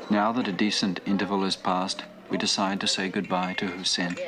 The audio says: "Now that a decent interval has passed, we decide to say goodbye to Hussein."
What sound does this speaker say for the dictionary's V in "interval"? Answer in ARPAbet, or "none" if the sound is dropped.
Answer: V